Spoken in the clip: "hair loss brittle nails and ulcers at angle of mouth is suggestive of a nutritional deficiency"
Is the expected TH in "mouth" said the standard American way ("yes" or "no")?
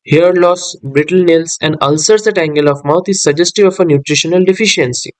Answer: no